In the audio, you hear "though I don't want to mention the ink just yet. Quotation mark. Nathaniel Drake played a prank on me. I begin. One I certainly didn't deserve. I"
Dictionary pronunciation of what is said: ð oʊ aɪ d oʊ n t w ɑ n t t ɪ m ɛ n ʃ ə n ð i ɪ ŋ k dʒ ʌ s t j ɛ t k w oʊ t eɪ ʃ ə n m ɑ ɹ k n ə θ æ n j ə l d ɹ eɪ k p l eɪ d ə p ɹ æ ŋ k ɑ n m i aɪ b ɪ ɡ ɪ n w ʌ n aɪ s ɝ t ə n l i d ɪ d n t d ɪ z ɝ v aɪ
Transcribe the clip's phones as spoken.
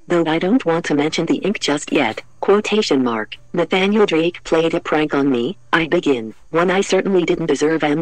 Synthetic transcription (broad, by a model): ð oʊ aɪ d oʊ n t w ɑ n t t ɪ m ɛ n ʃ ə n ð i ɪ ŋ k dʒ ʌ s t j ɛ t k w oʊ t eɪ ʃ ə n m ɑ ɹ k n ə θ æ n j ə l d ɹ eɪ k p l eɪ d ə p ɹ æ ŋ k n m i aɪ b ɪ ɡ ɪ n w ʌ n aɪ s ɝ t n l i d ɪ d n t d ɪ z ɝ v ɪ